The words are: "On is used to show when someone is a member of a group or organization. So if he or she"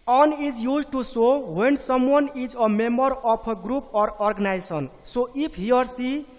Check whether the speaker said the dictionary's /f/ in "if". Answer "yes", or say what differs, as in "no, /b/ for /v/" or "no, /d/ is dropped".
no, /p/ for /f/